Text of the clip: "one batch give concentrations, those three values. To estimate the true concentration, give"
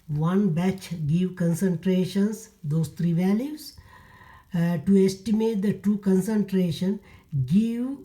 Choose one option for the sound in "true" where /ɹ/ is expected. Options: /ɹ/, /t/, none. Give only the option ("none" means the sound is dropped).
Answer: none